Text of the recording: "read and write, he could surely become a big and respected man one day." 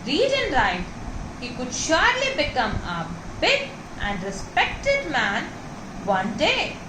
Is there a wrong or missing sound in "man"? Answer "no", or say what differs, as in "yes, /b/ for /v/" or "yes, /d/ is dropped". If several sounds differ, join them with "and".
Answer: no